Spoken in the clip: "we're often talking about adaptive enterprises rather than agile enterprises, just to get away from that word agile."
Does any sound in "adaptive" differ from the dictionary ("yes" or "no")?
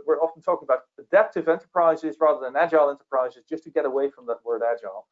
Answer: no